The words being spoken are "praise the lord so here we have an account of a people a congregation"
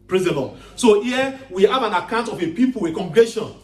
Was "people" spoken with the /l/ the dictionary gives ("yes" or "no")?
no